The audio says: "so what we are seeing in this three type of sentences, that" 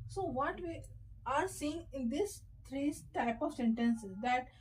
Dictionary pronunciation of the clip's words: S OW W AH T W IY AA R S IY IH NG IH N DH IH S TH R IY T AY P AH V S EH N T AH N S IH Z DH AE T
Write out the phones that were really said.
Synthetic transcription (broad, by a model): S OW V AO T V IY AA R S IY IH NG IH N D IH S T R IY T AY P AH V S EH N T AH N S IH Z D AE T